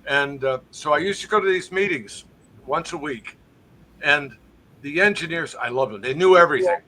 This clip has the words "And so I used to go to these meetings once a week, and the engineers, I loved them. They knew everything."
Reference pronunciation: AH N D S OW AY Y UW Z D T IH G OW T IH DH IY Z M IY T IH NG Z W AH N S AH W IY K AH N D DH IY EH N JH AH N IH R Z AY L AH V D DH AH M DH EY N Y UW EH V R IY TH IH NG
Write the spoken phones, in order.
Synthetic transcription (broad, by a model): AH N S OW AY Y UW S T IH G OW T IH DH IY Z M IY T IH NG Z W AH N S AH W IY K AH N DH IY EH N JH AH N IH R Z AY L AH V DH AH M DH EY N Y UW EH V R IY TH IH NG